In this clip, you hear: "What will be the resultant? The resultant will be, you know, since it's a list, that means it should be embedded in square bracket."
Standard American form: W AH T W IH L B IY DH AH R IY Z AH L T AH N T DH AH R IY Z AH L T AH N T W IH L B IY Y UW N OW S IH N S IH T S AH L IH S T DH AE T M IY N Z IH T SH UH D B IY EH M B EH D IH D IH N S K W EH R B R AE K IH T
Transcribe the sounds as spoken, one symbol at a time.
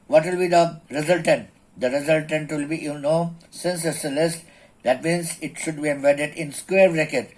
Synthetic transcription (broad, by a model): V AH T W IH L B IY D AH R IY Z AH L T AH N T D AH R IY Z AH L T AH N T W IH L B IY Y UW N OW S IH N S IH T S AH L IH S T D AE T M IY N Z IH T SH UH D B IY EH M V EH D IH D IH N S K W EH R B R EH K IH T